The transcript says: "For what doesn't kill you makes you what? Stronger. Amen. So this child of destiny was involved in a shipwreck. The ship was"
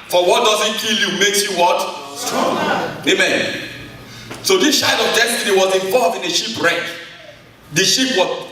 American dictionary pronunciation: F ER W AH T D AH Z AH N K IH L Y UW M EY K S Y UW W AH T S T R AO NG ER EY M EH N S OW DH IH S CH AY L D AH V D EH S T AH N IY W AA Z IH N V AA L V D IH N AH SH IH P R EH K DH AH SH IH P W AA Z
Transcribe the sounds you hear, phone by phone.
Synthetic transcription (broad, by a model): F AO W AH T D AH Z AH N K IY L Y UW M EY K S Y UW W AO T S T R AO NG EY M EH N S OW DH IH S SH AY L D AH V D EH S T AH N IY W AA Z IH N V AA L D IH N AH SH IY P R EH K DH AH SH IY P W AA